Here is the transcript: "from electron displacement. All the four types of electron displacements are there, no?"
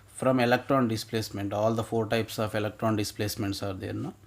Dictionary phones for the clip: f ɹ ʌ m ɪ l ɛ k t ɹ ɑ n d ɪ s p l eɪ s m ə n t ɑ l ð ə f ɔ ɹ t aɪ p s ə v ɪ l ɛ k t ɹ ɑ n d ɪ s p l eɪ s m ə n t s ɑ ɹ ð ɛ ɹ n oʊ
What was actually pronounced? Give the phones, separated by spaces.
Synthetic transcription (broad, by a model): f ɹ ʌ m ɪ l ɛ k t ɹ ɑ n d ɪ s p l eɪ s m ə n t ɑ l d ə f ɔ ɹ t aɪ p s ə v ɪ l ɛ k t ɹ ɑ n d ɪ s p l eɪ s m ə n t s ɑ ɹ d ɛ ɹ n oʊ